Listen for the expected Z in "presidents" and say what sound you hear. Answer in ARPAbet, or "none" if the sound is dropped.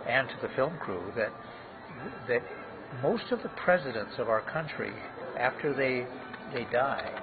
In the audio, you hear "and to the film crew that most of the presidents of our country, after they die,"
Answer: Z